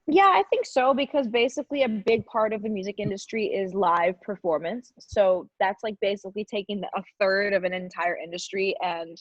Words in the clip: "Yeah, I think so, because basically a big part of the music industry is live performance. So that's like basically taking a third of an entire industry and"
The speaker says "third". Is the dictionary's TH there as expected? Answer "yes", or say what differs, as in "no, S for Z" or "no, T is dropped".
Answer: yes